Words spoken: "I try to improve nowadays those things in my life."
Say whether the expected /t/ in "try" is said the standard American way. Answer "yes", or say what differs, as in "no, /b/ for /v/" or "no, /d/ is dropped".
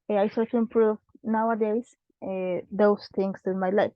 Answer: no, /s/ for /t/